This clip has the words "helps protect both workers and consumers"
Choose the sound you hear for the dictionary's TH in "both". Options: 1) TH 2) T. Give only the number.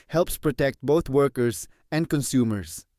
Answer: 2